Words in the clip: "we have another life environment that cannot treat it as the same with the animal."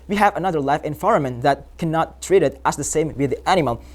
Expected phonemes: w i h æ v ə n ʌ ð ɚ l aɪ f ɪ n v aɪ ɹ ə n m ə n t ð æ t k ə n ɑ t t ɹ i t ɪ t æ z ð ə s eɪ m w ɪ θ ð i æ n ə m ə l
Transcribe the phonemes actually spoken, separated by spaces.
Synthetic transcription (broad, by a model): w i h æ v ə n ʌ ð ɚ l aɪ f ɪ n f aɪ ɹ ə m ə n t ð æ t k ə n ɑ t t ɹ i t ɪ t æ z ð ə s eɪ m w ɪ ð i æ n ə m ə l